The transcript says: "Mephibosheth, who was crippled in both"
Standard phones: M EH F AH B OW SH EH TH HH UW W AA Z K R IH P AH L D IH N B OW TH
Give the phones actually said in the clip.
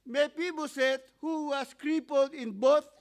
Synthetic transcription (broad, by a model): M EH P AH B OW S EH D HH UW W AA S K R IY P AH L D IH N B OW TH